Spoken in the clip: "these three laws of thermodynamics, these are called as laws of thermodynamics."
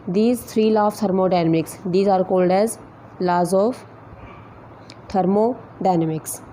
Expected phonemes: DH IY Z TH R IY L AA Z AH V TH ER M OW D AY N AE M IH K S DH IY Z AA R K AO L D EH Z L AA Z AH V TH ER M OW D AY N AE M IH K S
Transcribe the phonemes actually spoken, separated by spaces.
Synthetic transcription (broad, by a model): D IY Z T R IY L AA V T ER M OW D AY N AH M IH K S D IY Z AA R K AO L D EH Z L AA Z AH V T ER M OW D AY N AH M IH K S